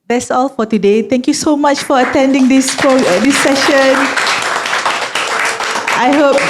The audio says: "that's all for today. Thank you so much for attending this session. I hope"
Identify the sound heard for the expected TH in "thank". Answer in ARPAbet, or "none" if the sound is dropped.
T